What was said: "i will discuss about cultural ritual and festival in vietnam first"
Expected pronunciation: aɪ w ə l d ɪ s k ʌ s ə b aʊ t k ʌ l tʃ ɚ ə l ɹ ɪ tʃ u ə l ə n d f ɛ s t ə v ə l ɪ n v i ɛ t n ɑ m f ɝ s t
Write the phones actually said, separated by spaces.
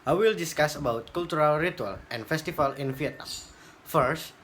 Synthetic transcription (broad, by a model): aɪ w ə l d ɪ s k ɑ s ə b aʊ t k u l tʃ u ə l ɹ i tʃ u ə l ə n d f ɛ s t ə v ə l ɪ n f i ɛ t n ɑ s f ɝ s t